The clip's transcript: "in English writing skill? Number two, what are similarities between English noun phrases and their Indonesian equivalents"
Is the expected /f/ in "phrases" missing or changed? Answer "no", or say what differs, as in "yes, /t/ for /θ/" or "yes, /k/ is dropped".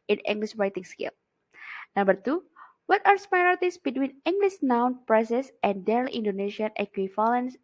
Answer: yes, /p/ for /f/